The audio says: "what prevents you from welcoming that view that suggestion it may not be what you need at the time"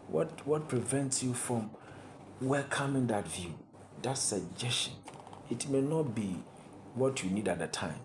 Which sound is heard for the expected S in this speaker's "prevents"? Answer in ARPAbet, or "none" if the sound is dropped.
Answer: S